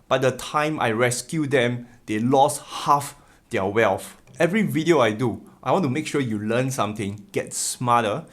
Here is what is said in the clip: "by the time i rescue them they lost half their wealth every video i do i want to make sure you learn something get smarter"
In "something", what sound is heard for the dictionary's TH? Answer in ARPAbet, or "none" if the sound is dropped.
T